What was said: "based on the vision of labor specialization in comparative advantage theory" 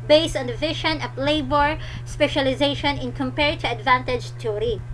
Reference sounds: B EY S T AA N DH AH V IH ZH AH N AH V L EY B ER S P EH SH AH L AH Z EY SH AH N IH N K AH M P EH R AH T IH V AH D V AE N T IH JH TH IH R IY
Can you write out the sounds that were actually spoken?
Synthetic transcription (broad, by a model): B EY S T AA N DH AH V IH SH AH N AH P L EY B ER S P EH SH AH L AH Z EY SH AH N IH N K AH M P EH R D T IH AH D V AE N T IH JH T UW R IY